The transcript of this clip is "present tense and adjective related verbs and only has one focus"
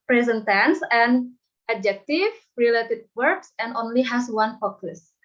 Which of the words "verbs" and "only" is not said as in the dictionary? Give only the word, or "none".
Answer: verbs